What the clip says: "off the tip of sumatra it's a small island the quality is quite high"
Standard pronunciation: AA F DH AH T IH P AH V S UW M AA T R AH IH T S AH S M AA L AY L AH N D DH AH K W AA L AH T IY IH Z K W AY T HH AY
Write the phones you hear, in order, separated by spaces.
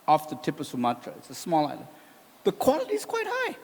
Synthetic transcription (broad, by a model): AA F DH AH T IH P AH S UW M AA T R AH IH T S AH S M AA L AY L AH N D DH AH K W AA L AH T IY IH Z K W AY T HH AY